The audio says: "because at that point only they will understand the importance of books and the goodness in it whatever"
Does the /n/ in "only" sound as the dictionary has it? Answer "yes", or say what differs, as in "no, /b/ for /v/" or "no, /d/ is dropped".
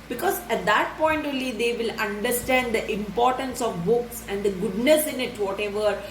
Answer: no, /n/ is dropped